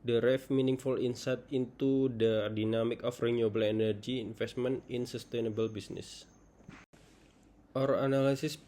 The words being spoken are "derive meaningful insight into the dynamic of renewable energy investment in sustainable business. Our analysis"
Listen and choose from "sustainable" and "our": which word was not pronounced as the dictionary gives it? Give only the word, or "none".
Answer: none